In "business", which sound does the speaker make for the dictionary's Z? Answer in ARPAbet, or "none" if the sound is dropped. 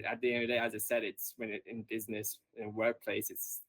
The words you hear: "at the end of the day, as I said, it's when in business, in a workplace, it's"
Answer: Z